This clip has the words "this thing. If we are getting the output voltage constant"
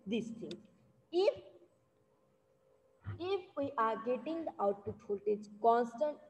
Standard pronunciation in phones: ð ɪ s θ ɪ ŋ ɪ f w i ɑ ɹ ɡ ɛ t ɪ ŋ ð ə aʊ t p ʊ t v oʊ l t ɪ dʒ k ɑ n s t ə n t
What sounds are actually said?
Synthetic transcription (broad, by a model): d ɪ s t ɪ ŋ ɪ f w i ɑ ɹ ɡ ɛ t ɪ ŋ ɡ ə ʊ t u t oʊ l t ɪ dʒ k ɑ n s t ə n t